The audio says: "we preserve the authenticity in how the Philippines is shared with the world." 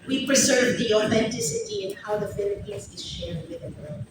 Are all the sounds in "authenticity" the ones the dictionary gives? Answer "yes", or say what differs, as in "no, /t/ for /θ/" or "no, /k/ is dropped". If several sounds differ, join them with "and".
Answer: yes